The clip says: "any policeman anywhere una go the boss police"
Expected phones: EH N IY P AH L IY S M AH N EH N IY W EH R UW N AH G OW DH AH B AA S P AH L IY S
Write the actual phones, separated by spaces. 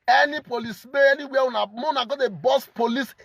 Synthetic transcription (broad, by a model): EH N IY P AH L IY S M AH EH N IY W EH W UW N AH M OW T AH B AA S P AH L IY S